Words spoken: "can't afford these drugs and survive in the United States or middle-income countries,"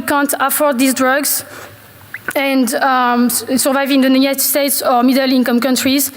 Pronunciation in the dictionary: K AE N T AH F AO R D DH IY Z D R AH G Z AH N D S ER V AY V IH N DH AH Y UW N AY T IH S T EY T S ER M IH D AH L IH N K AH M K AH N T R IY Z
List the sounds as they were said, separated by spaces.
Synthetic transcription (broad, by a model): K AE N T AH F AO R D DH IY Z D R AH G Z AH N D S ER V AY V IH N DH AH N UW AY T S T EY T S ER M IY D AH L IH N K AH M K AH N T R IY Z